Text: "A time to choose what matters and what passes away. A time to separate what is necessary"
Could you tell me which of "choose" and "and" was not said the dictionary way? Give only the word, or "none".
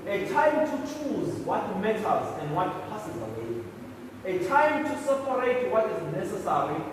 none